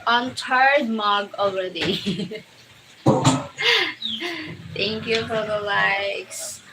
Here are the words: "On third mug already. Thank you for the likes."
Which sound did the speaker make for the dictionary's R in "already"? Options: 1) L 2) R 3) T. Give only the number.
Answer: 1